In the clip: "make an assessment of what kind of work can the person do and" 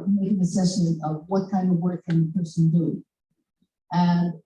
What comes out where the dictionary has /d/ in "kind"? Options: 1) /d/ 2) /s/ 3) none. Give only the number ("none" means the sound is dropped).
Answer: 1